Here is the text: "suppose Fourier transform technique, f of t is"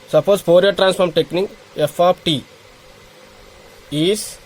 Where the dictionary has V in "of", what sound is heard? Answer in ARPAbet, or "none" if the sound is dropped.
P